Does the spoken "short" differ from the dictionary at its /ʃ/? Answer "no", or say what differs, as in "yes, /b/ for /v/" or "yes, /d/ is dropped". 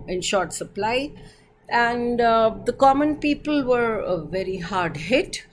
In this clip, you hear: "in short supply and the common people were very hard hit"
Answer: no